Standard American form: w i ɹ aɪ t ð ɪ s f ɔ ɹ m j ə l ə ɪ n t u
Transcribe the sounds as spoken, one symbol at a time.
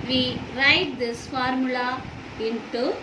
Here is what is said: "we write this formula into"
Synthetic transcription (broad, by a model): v i ɹ aɪ t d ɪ s f ɔ ɹ m j ə l ə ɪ n t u